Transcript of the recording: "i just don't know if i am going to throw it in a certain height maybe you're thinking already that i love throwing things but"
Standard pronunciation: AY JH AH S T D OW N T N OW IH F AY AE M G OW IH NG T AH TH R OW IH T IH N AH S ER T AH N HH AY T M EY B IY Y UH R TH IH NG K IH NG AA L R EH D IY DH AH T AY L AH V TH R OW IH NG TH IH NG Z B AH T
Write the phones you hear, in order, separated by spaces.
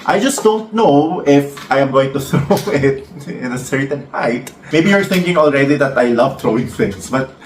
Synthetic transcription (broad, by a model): AY JH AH S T D OW N T N OW IH F AY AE M G OW IH NG T AH TH R OW IH T IH N AH S ER T AH N HH AY T M EY B IY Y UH R TH IH NG K IH NG AA L R EH D IY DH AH T AY L AH V T R OW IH NG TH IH NG S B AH T